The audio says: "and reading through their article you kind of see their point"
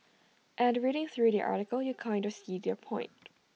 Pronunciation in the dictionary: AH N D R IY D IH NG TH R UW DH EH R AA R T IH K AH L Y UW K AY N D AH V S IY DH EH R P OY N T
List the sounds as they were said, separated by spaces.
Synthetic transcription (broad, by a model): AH N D R IY D IH NG TH R UW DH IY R AA R T IH K AH L Y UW K AY N D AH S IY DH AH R P OY N T